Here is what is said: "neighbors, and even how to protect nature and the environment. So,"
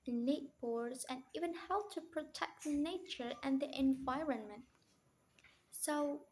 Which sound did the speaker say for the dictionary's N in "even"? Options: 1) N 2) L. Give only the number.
1